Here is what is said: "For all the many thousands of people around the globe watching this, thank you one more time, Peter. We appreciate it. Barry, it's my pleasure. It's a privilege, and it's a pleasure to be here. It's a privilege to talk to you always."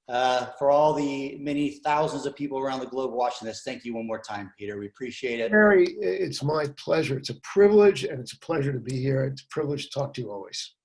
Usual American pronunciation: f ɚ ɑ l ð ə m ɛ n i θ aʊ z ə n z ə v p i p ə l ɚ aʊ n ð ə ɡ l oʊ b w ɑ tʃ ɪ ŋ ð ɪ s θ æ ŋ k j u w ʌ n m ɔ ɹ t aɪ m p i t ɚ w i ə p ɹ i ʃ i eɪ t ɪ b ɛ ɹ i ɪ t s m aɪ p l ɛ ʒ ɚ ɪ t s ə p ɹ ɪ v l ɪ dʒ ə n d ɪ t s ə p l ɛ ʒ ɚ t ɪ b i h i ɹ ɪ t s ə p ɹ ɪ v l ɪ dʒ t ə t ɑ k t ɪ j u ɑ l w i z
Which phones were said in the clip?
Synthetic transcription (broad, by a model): f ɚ ɑ l ð ə m ɛ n i θ aʊ z ə n z ə v p i p l ɚ aʊ n ð ə ɡ l oʊ b w ɑ tʃ ɪ ŋ ð ɪ s θ æ ŋ k j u w ʌ n m ɔ ɹ t aɪ m p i t ɚ w i ə p ɹ i ʃ i eɪ t ɪ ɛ ɹ i ɪ t s m aɪ p l ɛ ʒ ɚ ɪ t s ə p ɹ ɪ v l ɪ dʒ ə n ɪ t s ə p l ɛ ʒ ɚ t ɪ b i h i ɹ ɪ t s ə p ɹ ɪ v l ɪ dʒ t ə t ɑ k t ɪ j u ɑ l w i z